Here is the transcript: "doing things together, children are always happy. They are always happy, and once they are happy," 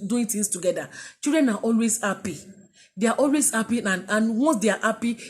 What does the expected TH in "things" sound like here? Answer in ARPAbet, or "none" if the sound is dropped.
T